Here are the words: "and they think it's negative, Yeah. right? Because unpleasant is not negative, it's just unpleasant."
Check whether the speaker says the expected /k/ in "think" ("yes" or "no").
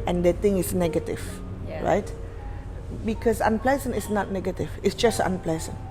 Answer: no